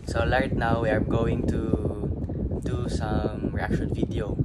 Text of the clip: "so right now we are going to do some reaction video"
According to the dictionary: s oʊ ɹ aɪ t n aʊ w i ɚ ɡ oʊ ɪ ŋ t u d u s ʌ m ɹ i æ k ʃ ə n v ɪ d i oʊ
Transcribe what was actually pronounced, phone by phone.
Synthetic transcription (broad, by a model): s oʊ l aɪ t n aʊ w i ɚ ɡ oʊ ɪ ŋ t u d u s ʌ m ɹ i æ k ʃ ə n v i d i oʊ